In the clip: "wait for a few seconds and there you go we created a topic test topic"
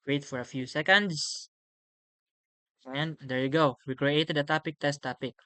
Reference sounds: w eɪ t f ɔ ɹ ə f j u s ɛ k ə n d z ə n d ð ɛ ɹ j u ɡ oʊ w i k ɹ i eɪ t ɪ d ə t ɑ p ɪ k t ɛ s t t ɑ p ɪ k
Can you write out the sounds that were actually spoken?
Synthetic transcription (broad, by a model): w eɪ t f ɔ ɹ ə f j u s ɛ k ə n d s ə n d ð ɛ ɹ j u ɡ oʊ w i k ɹ i eɪ t ɪ d ə t ɑ p ɪ k t ɛ s t t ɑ p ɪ k